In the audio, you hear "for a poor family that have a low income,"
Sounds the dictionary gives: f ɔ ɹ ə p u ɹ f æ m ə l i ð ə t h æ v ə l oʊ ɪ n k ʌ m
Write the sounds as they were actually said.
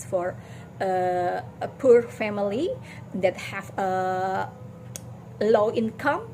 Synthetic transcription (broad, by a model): f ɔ ɹ ə p u ɹ f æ m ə l i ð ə t h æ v ə l oʊ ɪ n k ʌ m